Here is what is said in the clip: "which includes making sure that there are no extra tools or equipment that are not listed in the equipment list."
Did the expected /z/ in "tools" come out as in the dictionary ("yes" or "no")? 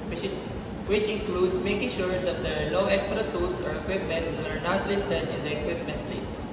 no